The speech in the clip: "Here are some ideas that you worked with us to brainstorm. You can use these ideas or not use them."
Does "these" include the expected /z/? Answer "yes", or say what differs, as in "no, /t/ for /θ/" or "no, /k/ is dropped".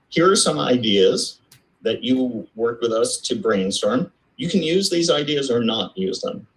yes